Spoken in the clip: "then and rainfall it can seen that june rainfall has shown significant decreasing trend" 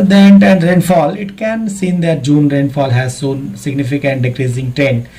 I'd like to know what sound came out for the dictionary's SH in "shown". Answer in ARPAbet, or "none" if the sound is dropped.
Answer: S